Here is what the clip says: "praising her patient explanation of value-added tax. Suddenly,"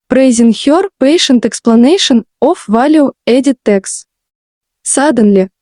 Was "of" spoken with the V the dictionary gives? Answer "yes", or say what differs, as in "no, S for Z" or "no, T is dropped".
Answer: no, F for V